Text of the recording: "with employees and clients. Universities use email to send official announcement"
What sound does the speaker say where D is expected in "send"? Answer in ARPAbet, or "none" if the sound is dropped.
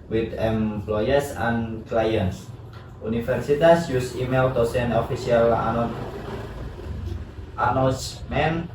none